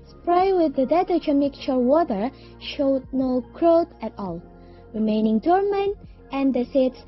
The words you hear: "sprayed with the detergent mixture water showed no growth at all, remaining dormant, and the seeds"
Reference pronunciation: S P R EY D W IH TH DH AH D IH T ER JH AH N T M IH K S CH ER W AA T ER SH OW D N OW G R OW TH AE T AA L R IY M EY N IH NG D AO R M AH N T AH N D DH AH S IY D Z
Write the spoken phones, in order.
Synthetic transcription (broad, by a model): S P R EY W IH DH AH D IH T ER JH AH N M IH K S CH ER W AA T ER SH OW D N OW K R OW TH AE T AA L R IY M EY N IH NG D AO R M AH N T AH N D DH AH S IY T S